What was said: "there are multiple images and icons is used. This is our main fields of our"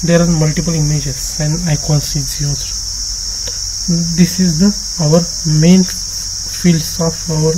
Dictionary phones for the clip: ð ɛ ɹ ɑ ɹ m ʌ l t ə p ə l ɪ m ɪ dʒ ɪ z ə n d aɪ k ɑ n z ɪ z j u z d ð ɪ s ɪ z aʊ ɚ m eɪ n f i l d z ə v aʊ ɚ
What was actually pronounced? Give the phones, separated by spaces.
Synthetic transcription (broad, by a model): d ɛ ɹ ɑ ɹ m ʌ l t ə p ə l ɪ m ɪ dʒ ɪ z ə n d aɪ k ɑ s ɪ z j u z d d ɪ s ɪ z aʊ ɚ m eɪ n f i l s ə f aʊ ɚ